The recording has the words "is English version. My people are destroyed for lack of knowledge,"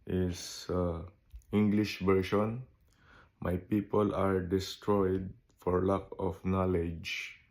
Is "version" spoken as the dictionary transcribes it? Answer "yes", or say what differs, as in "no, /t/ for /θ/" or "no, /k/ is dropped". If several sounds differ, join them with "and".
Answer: no, /ʃ/ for /ʒ/